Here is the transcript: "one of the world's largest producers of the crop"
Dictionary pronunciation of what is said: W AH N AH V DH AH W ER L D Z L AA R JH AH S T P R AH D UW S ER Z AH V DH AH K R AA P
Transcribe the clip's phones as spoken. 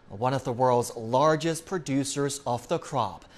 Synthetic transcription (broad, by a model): W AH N AH V DH AH W ER L D Z L AA R JH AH S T P R AH D UW S ER Z AH V DH AH K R AA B